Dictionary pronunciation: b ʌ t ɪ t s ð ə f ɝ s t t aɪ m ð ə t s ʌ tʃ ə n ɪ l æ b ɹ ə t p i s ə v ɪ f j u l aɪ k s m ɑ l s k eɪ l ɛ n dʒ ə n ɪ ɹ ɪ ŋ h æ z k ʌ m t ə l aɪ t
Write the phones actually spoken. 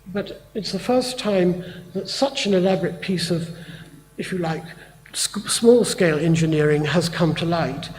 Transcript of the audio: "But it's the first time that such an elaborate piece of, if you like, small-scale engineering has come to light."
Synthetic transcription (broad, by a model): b ʌ t ɪ t s ð ə f ɝ s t t aɪ m ð ə t s ʌ tʃ ə n ɪ l æ b ɹ ə t p i s ə v ɪ f j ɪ l aɪ k s m ɑ l s k eɪ l ɛ n dʒ ə n ɪ ɹ ɪ ŋ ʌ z k ʌ m t ə l aɪ t